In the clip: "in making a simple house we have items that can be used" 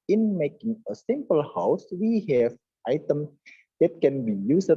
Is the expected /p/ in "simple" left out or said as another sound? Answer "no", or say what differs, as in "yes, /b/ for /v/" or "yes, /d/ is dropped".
no